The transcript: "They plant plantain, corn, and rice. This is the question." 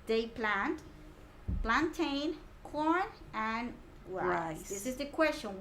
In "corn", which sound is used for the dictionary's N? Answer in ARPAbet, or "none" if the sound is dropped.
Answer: N